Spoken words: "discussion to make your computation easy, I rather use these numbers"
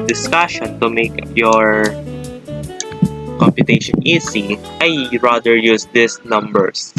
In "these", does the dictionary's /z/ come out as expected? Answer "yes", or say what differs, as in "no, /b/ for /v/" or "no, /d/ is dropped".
no, /s/ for /z/